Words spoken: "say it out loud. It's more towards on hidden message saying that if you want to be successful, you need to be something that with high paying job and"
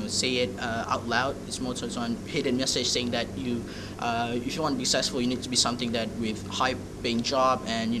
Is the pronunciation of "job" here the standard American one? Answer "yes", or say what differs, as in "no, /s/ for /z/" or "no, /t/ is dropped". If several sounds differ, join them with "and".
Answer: yes